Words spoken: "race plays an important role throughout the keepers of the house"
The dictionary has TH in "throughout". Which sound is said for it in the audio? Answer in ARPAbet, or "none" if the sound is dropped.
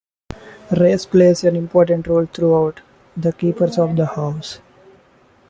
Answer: T